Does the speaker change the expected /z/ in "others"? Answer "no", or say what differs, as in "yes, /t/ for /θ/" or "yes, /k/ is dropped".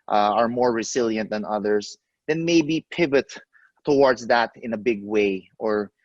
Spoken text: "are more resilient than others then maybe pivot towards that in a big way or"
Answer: yes, /s/ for /z/